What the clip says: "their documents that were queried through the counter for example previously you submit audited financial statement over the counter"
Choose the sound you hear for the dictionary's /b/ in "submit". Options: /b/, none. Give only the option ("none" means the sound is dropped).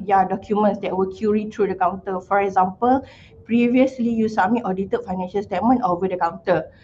none